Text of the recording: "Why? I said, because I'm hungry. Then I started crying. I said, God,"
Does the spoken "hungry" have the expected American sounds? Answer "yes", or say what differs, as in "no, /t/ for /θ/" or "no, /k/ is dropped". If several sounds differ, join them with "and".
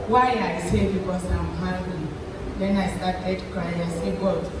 no, /l/ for /ɹ/